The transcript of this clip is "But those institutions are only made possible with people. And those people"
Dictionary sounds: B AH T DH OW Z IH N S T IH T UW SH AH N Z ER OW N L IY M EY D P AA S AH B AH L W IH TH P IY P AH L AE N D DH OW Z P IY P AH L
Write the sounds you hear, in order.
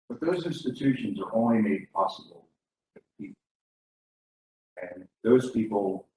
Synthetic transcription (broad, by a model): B AH T DH OW Z IH N S T IH T UW SH AH N Z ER OW N L IY M EY D P AA S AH B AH L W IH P IY P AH N DH OW Z P IY P L